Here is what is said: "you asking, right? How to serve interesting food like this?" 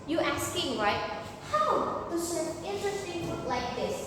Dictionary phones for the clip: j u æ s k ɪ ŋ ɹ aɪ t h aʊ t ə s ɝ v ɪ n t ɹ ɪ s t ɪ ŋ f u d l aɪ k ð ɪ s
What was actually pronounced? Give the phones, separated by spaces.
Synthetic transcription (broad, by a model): j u æ s k ɪ ŋ ɹ aɪ t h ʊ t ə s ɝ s ɪ n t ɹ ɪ s t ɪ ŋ p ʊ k l aɪ k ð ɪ s